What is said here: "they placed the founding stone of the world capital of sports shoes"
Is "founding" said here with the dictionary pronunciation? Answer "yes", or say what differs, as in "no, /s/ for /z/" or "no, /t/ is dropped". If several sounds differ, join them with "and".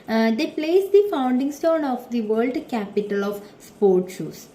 yes